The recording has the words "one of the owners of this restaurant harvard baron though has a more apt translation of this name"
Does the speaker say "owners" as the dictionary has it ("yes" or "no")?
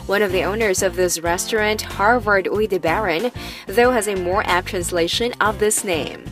yes